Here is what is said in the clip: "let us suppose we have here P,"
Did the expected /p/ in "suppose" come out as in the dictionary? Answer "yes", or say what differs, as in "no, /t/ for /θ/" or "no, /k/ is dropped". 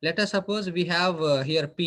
yes